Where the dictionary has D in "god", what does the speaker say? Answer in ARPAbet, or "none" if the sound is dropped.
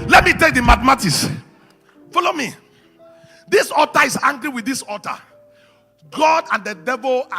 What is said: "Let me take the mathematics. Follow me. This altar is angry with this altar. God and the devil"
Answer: D